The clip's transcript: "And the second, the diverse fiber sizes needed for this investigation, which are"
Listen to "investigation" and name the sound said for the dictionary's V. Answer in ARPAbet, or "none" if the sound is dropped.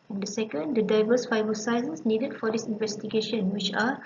V